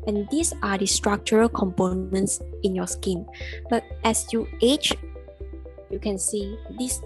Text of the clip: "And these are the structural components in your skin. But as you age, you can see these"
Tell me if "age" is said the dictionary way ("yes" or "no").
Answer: no